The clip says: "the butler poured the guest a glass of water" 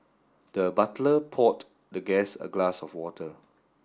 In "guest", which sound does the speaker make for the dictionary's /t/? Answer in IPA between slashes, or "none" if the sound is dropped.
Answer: none